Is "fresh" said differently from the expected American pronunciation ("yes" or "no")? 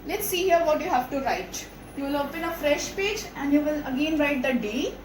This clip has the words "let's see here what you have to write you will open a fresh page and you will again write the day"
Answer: no